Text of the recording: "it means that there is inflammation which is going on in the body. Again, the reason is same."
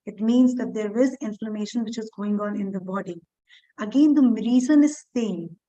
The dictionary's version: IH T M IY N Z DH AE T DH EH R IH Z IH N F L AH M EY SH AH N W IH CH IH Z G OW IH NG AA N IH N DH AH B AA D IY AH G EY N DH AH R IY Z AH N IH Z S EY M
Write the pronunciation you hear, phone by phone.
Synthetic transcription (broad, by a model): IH T M IY N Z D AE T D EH R IH Z IH N F L AH M EY SH AH N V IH CH IH Z G OW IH NG AA N IH N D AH B AA D IY AH G EY N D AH R IY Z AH N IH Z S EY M